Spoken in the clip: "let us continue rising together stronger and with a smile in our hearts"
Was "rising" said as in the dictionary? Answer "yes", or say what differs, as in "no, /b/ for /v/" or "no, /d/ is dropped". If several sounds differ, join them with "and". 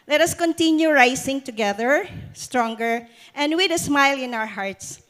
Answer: no, /s/ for /z/